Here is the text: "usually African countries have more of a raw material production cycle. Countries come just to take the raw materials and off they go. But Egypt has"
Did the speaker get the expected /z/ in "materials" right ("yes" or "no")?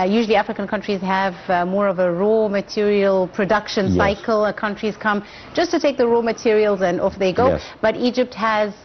yes